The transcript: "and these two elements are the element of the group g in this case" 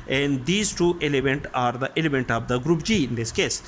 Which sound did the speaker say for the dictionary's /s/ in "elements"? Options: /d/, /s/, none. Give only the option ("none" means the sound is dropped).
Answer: none